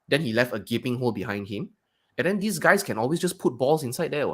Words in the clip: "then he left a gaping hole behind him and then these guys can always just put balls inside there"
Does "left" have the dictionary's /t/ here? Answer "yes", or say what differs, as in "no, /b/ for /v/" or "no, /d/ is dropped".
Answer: yes